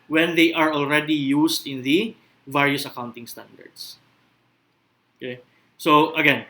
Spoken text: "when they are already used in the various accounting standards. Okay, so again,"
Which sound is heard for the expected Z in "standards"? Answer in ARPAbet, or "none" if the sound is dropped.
S